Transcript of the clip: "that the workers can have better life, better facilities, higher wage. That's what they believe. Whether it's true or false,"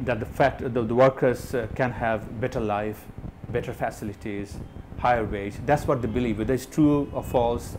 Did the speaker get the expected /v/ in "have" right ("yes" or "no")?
yes